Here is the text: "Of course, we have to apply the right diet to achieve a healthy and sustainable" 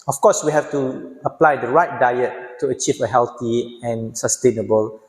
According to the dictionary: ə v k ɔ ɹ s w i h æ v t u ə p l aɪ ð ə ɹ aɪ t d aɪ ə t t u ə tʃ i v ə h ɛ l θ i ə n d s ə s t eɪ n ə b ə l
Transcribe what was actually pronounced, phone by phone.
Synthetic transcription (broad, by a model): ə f k ɔ s w i h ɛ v t u ə p l aɪ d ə ɹ aɪ t d aɪ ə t t u ə tʃ i v ə h ɛ l t i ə n s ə s t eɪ n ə b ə l